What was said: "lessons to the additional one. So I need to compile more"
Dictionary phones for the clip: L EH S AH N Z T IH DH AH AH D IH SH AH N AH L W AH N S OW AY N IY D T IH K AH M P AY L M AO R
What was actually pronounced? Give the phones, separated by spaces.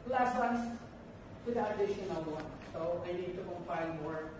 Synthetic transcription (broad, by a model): L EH S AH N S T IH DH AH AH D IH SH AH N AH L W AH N S OW AY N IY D T IH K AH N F AY N M AO R